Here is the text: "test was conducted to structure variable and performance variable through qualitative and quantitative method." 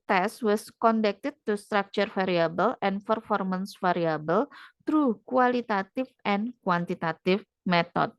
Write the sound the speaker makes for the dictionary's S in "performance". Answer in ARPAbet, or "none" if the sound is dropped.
S